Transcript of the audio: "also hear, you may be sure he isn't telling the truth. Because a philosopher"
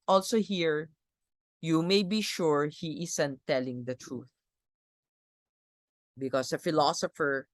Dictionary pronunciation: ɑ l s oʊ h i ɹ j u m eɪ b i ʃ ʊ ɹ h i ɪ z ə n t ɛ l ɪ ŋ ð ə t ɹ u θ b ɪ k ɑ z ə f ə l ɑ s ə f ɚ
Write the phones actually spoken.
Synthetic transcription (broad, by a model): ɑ l s oʊ h i ɹ j u m eɪ b i ʃ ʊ ɹ h i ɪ s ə n t ɛ l ɪ ŋ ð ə t ɹ u θ b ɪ k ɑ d ə f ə l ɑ s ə f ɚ